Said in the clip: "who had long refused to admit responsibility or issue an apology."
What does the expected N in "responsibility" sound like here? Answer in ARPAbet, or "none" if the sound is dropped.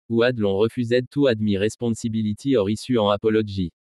none